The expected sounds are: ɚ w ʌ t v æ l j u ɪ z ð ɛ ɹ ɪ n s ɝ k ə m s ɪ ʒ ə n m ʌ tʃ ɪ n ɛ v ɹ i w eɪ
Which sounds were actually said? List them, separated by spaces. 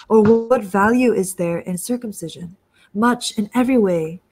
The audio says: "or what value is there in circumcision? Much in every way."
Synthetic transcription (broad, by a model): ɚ w ʌ t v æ l j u ɪ z ð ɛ ɹ ɪ n s ɝ k ə m s ɪ ʒ ə n m ʌ tʃ ɪ n ɛ v ɹ i w eɪ